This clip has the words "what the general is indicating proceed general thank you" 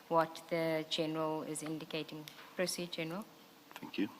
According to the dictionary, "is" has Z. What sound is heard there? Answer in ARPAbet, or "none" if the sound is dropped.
Z